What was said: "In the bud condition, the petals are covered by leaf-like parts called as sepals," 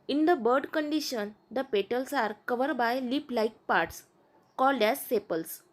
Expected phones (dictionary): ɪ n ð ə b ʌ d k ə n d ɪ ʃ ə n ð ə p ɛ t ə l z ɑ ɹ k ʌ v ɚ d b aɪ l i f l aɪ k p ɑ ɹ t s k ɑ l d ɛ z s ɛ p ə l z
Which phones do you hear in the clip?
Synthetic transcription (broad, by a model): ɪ n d ə b ʌ d k ə n d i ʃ ə n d ə p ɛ t ə l s ɑ ɹ k ʌ v ɚ d b aɪ l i p l aɪ k p ɑ ɹ t s k ɑ l d ɛ z s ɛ p ə l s